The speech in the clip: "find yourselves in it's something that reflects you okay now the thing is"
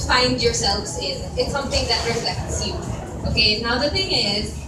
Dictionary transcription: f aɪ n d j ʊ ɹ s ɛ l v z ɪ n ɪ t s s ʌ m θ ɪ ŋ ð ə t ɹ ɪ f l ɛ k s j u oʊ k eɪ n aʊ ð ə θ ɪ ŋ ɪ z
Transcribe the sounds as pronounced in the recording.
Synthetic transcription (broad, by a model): f aɪ n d j ʊ ɹ s ɛ l v z ɪ n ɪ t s s ʌ m θ ɪ ŋ ð ə t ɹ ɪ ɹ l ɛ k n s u oʊ k eɪ n aʊ ð ə θ ɪ ŋ ɪ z